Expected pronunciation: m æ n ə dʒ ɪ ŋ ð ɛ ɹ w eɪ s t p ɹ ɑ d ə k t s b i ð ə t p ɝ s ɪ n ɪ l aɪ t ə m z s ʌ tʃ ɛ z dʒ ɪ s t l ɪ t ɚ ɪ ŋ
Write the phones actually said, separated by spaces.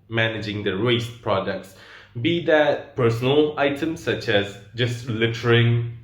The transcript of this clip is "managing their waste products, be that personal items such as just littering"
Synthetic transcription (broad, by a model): m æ n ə dʒ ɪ ŋ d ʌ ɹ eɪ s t p ɹ ɑ d ə k t s b i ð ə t p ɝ s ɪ n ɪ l aɪ t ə m s ʌ tʃ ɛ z dʒ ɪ s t l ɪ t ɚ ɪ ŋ